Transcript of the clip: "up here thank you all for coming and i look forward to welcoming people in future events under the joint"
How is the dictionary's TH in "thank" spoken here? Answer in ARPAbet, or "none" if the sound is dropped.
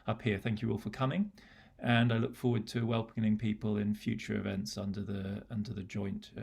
TH